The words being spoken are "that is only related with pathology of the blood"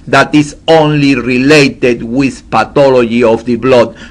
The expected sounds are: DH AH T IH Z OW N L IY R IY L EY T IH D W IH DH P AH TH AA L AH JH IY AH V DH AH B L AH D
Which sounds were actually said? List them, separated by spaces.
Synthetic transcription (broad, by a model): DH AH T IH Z OW N L IY R IY L EY T IH D W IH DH P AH T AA L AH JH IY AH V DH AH B L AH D